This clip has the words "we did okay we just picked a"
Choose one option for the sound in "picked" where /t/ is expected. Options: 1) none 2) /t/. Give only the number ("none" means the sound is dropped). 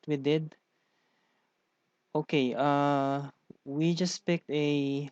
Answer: 2